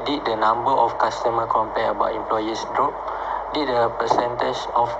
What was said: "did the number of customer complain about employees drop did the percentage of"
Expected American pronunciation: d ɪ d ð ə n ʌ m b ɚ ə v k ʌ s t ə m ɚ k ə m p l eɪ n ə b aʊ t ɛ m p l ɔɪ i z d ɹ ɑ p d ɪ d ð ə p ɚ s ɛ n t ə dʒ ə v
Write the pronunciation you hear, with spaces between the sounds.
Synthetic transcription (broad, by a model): d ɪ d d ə n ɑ m b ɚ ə f k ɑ s t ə m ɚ k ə m p eɪ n ə b aʊ t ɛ m p l ɔɪ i s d ɹ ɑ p d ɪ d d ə p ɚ s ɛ n t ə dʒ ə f